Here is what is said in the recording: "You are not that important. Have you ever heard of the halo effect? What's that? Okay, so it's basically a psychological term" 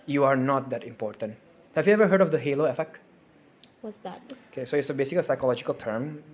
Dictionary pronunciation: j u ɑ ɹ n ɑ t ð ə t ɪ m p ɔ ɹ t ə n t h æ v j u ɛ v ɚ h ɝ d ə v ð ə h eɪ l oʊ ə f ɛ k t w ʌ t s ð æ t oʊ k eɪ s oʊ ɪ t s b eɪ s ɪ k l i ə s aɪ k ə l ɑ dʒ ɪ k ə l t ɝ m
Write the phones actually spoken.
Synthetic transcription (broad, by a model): j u ɑ ɹ n ɑ t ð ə t ɪ m p ɔ ɹ t ə n t h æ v j u ɛ v ɚ h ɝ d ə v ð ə h eɪ l oʊ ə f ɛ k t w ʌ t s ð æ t oʊ k eɪ s oʊ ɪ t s b eɪ s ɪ k i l s aɪ k ə l ɑ dʒ ɪ k ə l t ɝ m